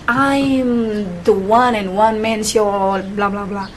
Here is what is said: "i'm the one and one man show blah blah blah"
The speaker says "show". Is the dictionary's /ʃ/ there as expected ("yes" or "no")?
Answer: no